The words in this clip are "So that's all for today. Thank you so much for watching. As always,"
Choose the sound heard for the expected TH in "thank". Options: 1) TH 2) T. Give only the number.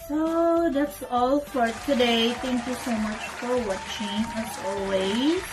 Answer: 2